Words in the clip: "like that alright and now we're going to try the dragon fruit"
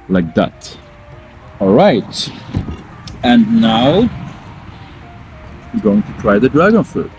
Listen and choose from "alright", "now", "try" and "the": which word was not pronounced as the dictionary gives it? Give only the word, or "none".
none